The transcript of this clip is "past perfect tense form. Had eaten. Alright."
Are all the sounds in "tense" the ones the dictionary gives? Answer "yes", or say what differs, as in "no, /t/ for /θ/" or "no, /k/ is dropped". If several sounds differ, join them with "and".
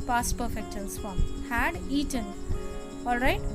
no, /l/ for /n/